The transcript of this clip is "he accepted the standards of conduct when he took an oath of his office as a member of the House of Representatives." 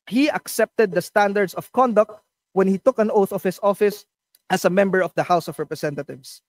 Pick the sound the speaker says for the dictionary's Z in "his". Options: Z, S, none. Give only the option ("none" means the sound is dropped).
S